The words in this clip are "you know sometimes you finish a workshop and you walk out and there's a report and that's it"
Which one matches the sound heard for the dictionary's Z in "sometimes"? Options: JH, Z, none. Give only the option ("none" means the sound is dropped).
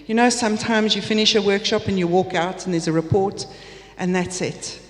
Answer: Z